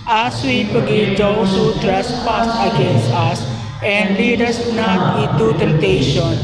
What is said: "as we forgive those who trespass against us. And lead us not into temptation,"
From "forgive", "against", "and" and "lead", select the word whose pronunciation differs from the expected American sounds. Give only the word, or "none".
forgive